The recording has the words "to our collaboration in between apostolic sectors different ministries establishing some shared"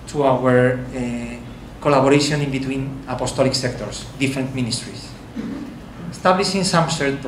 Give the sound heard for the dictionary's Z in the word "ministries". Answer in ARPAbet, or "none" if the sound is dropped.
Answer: S